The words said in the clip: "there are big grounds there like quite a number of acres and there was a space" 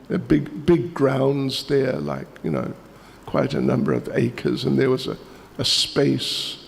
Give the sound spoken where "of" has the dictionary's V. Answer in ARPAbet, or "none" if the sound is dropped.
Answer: V